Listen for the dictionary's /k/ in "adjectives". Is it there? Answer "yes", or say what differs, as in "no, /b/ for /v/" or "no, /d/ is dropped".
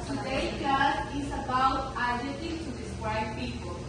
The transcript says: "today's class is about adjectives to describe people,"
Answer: no, /k/ is dropped